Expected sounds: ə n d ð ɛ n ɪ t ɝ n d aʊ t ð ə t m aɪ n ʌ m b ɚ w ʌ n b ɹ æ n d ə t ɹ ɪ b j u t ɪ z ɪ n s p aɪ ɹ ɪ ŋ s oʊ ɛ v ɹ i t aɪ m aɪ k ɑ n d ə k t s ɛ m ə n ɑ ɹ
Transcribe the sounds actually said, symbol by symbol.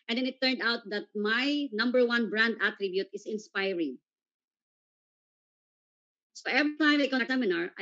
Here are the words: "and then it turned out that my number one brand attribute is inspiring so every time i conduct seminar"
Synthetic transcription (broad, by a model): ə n d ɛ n ɪ t ɝ n d aʊ t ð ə t m aɪ n ʌ m b ɚ w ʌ n b ɹ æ n d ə t ɹ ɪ b j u t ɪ s ɪ n s p aɪ ɹ ɪ ŋ s oʊ ɛ v ɹ i t aɪ m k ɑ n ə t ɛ m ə n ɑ ɹ